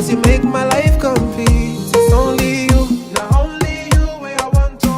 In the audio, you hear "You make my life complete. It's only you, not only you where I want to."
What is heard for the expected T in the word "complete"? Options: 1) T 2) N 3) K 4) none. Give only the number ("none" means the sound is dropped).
4